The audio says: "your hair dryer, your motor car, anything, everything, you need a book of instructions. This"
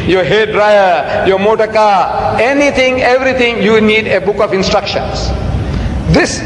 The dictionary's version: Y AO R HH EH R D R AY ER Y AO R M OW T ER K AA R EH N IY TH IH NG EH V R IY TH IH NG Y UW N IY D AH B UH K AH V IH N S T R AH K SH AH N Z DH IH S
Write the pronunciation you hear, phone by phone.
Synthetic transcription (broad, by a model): Y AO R HH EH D R AY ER Y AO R M OW T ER K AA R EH N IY T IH NG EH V R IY T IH NG Y UW N IY D AH B UH K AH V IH N S T R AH K SH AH N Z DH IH S